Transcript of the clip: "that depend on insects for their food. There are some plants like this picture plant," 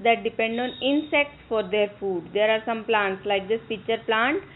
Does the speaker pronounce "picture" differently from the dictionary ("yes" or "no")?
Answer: yes